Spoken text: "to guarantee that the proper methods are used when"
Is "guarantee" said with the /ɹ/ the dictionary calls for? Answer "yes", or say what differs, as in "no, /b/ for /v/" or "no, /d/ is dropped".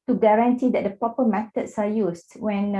yes